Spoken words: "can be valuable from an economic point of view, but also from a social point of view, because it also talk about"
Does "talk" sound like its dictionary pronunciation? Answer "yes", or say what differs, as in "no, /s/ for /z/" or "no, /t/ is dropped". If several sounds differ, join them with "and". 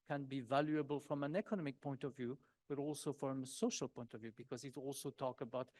yes